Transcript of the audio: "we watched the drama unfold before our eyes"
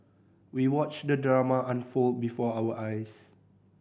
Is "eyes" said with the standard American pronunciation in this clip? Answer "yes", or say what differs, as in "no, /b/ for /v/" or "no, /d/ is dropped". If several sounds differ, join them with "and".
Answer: no, /s/ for /z/